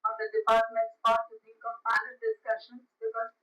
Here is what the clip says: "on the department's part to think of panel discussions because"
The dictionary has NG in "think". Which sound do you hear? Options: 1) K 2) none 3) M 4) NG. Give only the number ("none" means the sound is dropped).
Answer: 2